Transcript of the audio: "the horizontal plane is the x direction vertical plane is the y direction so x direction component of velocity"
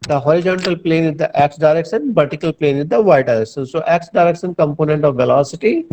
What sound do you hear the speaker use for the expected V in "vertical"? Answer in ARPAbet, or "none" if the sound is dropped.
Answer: B